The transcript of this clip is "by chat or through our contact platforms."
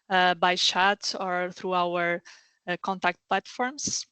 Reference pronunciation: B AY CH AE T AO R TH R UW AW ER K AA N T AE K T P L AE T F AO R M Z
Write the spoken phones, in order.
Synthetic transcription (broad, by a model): B AY SH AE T AO R TH R UW AW ER K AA N T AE K T P L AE T F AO R M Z